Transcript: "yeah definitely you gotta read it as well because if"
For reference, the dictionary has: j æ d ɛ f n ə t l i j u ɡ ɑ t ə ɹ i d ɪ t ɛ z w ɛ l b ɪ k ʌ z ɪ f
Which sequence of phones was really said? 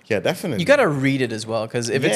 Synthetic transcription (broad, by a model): j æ d ɛ f ə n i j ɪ ɡ ɑ t ə ɹ i d ɪ t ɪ z w ɛ l k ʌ z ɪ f